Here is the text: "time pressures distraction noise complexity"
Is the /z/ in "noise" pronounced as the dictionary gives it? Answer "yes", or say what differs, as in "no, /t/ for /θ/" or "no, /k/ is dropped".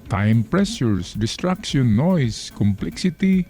no, /s/ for /z/